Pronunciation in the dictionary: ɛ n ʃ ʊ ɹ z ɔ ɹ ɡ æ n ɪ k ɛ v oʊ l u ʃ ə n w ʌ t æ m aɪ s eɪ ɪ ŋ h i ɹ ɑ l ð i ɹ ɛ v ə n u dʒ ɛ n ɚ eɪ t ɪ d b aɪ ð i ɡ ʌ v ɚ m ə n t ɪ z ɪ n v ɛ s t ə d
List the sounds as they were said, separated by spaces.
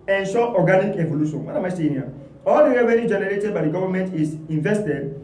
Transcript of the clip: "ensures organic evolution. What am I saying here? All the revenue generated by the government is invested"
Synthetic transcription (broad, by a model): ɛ n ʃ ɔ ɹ ɔ ɡ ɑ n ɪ k ɛ v oʊ l u ʃ ə n w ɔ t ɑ m aɪ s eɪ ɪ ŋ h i ɑ l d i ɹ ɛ w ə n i dʒ ɛ n ɚ eɪ t ɪ d b aɪ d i ɡ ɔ v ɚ m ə n t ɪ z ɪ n v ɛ s t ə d